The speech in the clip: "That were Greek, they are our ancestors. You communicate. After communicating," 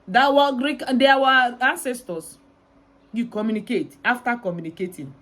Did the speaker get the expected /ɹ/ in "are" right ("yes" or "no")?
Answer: no